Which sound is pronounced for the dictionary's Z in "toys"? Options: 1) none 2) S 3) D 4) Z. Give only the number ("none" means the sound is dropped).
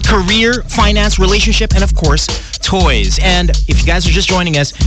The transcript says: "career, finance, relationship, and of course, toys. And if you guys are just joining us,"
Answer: 4